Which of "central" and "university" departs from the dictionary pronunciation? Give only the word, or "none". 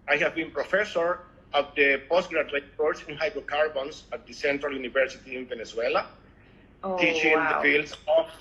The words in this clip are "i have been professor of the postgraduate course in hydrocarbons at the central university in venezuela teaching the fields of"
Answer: none